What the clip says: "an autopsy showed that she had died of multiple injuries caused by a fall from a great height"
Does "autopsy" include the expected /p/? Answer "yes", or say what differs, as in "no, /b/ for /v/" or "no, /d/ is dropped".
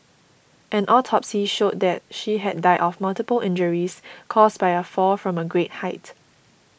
yes